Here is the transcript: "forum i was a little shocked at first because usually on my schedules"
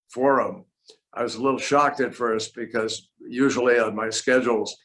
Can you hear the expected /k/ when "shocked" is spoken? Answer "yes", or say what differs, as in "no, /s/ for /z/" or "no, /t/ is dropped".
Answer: yes